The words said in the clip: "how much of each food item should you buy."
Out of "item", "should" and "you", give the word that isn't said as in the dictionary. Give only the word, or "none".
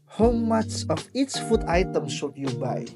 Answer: should